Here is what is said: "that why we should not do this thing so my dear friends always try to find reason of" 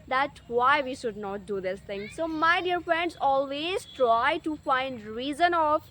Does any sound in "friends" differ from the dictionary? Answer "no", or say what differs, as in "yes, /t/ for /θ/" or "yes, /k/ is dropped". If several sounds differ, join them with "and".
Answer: no